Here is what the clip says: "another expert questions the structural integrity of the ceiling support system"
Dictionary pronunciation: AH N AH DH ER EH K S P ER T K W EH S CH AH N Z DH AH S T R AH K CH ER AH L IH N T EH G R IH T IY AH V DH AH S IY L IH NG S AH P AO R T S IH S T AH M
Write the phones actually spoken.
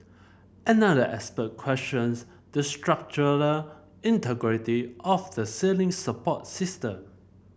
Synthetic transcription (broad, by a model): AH N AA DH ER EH S P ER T K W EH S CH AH N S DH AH S T R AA K CH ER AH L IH N T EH G R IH T IY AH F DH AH S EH L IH NG S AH P AO T S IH S T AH M